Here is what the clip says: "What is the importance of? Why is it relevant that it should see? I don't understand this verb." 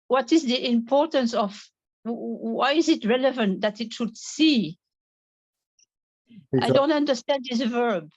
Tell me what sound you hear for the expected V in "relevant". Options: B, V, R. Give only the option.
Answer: V